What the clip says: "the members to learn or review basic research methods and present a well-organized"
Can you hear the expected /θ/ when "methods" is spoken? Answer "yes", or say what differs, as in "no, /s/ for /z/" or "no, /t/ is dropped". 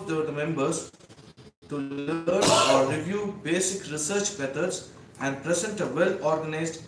no, /t/ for /θ/